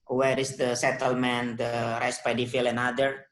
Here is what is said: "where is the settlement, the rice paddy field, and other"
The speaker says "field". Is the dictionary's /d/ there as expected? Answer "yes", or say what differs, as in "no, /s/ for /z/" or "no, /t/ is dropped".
no, /d/ is dropped